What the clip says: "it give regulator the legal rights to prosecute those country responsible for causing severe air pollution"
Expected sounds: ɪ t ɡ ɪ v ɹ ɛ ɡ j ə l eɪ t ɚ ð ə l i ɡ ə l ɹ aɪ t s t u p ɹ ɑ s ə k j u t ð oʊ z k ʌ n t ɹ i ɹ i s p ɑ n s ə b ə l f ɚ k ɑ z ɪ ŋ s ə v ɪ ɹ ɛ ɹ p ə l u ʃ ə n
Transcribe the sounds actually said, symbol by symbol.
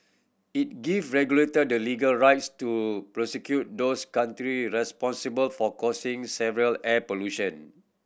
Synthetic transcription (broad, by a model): ɪ t ɡ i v ɹ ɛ ɡ j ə l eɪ t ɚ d ə l i ɡ ə l ɹ aɪ t s t u p ɹ ɑ s ə k j u t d oʊ s k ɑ n t ɹ i ɹ i s p ɑ n s ə b ə l f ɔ k ɑ s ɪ ŋ s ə v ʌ ɹ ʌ l p ə l u ʃ ə n